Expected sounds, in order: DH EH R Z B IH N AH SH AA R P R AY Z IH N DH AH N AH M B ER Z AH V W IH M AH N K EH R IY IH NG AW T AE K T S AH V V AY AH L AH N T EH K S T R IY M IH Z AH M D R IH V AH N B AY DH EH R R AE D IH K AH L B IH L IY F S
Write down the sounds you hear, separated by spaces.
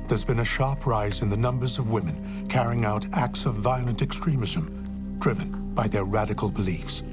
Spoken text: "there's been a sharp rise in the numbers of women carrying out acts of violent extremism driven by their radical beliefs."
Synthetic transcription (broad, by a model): DH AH R Z B IH N AH SH AA R P R AY Z IH N DH AH N AH M B ER Z AH V W IH M AH N K EH R IY IH NG AW T AE K T S AH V V AY AH L AH N T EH K S T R IY M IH Z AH M D R IH V AH N B AY DH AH R R AE D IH K L B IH L IY F S